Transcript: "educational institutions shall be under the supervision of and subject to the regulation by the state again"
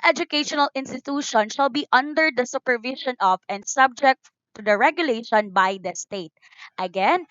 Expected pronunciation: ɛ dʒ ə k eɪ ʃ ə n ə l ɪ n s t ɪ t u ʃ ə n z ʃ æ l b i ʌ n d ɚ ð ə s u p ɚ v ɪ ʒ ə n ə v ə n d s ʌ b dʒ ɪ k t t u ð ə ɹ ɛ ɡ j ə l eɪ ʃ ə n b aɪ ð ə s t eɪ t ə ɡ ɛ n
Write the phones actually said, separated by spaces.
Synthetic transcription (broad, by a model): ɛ dʒ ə k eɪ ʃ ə n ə l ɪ n s t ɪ t u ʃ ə n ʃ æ l b i ʌ n d ɚ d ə s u p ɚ v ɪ ʃ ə n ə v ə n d s ʌ b dʒ ɪ k t t u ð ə ɹ ɛ ɡ j ə l eɪ ʃ ə n b aɪ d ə s t eɪ t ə ɡ ɛ n